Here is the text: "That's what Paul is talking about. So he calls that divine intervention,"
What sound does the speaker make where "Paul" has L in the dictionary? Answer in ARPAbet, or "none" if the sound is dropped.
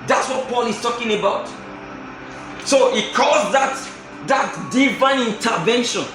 L